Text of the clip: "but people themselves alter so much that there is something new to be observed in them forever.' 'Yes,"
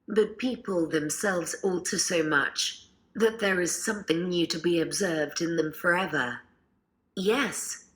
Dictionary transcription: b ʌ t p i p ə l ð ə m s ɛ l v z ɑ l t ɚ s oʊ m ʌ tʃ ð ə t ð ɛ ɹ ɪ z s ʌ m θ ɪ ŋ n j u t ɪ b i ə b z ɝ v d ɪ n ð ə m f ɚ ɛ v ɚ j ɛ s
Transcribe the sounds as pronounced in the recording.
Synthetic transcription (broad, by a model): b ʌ t p i p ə l ð ə m s ɛ l v z ɑ l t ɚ s oʊ m ʌ tʃ ð ə t ð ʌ ɹ ɪ z s ʌ m θ ɪ ŋ n j u t ɪ b i ə b z ɝ v d ɪ n ð ə m f ɚ ɛ v ɚ j ɛ s